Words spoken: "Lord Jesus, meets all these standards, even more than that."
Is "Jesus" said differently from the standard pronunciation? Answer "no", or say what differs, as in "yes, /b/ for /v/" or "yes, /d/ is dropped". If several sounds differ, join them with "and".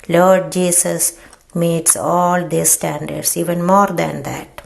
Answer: yes, /s/ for /z/